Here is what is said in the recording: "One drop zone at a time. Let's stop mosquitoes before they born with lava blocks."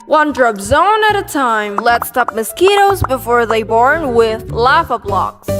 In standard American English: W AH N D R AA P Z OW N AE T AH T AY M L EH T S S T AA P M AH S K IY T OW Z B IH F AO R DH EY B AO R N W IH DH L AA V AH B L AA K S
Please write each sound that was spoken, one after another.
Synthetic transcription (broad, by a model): W AH N D R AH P Z OW N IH T AH T AY M L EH T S S T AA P M AH S K IY T OW Z B IH F AO R DH EY B AO R N W IH DH L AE F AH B L AA K S